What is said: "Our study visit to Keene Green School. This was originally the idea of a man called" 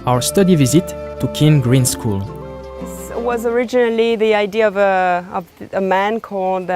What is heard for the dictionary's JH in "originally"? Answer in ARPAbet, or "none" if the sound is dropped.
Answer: JH